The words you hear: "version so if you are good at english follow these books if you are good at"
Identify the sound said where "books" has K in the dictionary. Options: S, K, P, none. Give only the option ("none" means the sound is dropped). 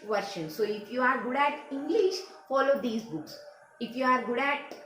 K